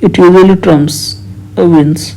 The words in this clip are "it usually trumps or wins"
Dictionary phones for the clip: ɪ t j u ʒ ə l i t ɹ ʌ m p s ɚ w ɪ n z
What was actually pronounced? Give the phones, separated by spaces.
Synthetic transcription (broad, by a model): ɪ t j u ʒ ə l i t ɹ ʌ m s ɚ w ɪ n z